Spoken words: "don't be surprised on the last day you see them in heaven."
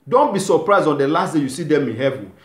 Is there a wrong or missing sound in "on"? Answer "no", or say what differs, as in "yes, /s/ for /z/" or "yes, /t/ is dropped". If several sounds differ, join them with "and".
no